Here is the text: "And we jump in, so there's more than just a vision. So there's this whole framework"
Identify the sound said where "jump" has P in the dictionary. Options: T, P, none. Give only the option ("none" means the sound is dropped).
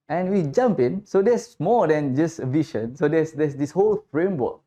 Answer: P